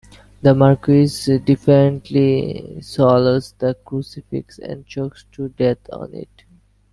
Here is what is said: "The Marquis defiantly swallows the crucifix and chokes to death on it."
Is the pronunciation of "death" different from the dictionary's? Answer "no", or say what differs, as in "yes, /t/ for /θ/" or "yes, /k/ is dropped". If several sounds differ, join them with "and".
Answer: yes, /t/ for /θ/